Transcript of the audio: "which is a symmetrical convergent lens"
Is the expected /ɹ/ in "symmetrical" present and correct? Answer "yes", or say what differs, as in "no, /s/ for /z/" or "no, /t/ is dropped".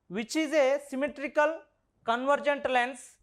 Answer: yes